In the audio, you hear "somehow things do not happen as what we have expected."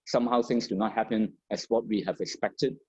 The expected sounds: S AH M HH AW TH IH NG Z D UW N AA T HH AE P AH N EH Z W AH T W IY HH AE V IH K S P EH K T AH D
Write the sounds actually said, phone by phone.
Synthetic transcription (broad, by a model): S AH M HH AW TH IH NG S D UW N AA T HH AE P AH N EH S W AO T W IY HH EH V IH K S P EH K T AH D